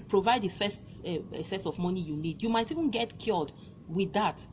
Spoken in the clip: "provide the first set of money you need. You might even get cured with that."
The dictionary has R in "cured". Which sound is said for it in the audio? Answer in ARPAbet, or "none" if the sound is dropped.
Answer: L